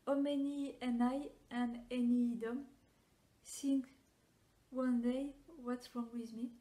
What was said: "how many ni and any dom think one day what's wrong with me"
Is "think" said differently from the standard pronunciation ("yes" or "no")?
yes